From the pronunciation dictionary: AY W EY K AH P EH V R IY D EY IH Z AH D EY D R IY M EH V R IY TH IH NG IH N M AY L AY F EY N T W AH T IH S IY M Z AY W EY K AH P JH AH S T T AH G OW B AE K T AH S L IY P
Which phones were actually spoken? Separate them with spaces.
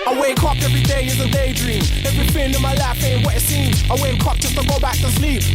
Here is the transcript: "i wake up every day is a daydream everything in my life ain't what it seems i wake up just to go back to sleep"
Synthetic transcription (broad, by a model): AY W EY K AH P EH V R IY D EY IH Z AH D EY D R IY M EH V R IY F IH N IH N M AY L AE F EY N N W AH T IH S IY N AY W EY K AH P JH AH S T T AH G OW B AE K T AH S L IY P